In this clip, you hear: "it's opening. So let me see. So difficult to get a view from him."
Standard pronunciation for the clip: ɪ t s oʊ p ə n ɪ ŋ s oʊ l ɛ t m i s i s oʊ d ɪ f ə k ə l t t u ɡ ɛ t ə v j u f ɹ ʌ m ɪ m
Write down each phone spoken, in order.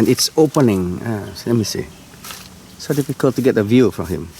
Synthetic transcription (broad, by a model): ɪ t s oʊ p ə n ɪ ŋ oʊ l ɛ t m i s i s oʊ d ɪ f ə k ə l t t u ɡ ɛ t ə v j u f ɹ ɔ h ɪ m